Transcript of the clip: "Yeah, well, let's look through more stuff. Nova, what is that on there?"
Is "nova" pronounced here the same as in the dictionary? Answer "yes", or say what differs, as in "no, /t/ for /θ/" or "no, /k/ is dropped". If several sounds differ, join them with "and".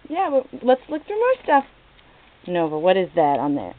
yes